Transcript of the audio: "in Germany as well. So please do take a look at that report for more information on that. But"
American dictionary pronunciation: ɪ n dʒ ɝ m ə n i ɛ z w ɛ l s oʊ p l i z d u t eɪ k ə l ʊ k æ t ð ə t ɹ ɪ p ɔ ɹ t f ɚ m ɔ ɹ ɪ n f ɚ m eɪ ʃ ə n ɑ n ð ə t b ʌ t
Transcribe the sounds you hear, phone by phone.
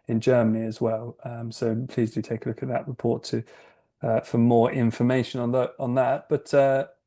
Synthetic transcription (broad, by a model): ɪ n dʒ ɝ m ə n i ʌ z w ɛ l s oʊ p l i z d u t eɪ k ə l ʊ k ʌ t ð ə t ɹ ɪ p ɔ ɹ t f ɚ m ɔ ɹ ɪ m f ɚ m eɪ ʃ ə n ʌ n ð ə t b ʌ t